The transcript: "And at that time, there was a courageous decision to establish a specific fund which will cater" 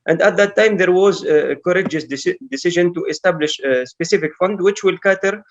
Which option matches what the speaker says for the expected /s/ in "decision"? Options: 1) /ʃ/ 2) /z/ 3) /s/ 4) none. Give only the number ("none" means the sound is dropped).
3